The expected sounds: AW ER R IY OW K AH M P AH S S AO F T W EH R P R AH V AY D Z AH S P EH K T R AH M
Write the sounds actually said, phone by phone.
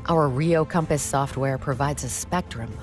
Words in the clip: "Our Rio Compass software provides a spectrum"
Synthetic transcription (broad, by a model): AW ER R IY OW K AH M P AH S S AO F T W EH R P R AH V AY D Z AH S P EH K T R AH M